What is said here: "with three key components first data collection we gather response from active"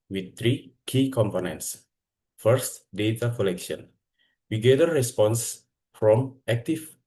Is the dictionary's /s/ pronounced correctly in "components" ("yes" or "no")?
yes